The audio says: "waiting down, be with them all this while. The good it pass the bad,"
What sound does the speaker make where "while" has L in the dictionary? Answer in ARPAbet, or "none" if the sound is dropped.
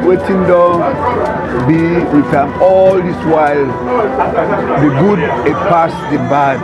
L